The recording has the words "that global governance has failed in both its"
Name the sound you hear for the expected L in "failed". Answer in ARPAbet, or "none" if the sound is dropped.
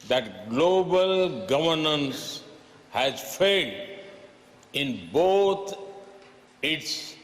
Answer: none